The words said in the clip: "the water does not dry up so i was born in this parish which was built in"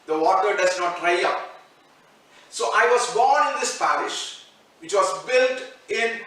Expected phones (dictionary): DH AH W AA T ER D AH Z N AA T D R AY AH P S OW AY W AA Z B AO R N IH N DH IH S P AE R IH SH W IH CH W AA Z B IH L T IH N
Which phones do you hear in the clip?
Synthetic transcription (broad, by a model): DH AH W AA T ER D AH Z N AA T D R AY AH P S OW AY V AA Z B AO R N IH N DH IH S P AE R IH SH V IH CH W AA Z B IH L T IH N